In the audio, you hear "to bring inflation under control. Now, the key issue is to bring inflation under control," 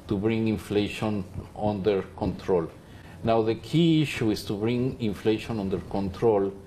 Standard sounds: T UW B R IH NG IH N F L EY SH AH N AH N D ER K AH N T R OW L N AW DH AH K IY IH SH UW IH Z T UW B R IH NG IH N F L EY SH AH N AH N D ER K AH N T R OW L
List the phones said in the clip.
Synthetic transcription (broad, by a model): T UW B R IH NG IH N F L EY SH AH N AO N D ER K AH N T R OW L N AW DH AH K IY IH SH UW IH S T UW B R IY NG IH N F L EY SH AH N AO N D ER K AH N T R OW L